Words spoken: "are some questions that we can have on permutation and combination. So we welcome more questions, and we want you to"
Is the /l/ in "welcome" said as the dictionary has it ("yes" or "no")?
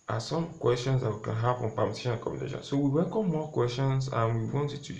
no